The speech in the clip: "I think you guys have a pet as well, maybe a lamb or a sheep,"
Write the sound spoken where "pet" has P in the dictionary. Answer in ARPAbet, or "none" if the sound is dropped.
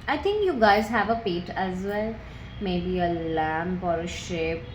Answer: P